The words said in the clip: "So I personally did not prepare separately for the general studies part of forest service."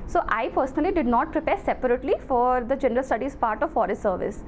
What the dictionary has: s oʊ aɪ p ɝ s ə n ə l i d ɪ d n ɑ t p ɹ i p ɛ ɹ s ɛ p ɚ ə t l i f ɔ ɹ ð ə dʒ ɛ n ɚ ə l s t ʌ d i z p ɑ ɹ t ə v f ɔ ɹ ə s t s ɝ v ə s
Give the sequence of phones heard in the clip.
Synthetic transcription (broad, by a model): s oʊ aɪ p ɝ s ə n ə l i d ɪ d n ɑ t p ɹ i p ɛ ɹ s ɛ p ɚ ə t l i f ɔ ɹ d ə dʒ ɛ n ɚ ə l s t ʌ d i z p ɑ ɹ t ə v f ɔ ɹ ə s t s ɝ v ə s